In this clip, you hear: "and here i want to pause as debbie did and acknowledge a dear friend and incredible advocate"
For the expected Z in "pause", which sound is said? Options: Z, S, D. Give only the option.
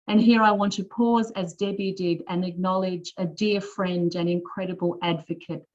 Z